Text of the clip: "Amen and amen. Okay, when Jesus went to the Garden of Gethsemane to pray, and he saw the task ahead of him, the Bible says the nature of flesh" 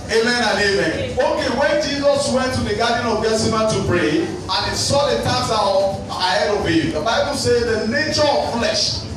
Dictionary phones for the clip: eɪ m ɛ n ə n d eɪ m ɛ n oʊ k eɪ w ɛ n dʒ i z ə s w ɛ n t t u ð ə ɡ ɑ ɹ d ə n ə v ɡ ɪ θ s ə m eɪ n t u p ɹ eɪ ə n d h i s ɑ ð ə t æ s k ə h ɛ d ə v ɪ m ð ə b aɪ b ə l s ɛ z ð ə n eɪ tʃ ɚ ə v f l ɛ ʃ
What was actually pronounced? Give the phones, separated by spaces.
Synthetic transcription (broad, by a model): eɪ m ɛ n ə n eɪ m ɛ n oʊ k eɪ w ɛ n dʒ i z ə s w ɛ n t t u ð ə ɡ ɑ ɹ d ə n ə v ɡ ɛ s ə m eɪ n t u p ɹ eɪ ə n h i s ɑ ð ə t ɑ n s ə h ɛ d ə b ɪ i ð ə b aɪ b ə l s ɛ z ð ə n eɪ tʃ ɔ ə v f l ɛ ʃ